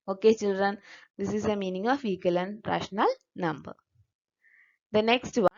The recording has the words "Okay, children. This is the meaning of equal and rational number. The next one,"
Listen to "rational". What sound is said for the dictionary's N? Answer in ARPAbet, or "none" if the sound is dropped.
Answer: N